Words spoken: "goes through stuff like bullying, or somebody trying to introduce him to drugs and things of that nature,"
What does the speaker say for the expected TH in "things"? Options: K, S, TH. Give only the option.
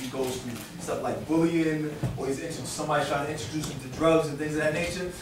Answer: TH